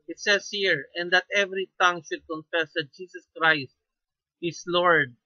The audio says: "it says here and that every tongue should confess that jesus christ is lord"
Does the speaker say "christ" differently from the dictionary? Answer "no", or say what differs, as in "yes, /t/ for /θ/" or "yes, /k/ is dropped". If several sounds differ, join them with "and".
no